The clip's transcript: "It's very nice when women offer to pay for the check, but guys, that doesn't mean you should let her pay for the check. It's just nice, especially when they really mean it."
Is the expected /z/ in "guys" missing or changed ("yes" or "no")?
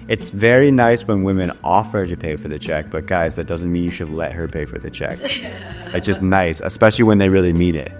no